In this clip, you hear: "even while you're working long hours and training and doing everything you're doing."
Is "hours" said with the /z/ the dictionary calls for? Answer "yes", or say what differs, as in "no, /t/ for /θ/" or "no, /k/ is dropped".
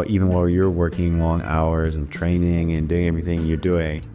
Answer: yes